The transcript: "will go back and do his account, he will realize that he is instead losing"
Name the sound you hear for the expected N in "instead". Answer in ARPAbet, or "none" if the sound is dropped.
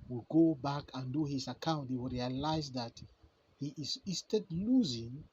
none